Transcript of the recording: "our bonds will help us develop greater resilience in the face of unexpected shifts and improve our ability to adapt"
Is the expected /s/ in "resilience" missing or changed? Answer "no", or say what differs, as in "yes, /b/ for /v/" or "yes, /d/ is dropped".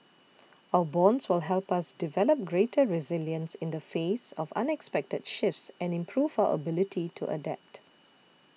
no